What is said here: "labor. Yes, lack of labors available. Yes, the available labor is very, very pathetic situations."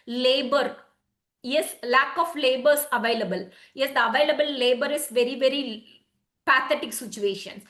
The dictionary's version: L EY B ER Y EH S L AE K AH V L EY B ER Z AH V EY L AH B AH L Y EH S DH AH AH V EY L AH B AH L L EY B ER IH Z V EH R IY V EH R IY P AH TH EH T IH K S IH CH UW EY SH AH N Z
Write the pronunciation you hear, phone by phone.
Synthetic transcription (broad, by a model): L EY B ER Y EH S L AE K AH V L EY B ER S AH V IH L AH B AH L Y EH S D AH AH V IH L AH B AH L L EY B ER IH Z V EH R IY V EH R IY P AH T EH T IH K S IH CH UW EY SH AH N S